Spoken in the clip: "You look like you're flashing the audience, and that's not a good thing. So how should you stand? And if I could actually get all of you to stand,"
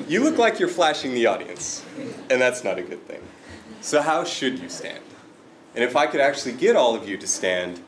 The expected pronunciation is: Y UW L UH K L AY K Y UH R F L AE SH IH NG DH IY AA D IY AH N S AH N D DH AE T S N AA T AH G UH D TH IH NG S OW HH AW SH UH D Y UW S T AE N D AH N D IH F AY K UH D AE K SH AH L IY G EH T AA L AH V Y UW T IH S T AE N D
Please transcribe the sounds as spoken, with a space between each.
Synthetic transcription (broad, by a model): Y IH L UH K L AY K Y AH R F L AE SH IH NG DH IY AA D IY AH N S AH N DH AE T S N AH T AH G UH D TH IH NG S OW HH AW SH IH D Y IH S T AE N D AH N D IH F AY K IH D AE K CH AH L IY G EH T AA L AH V Y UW T IH S T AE N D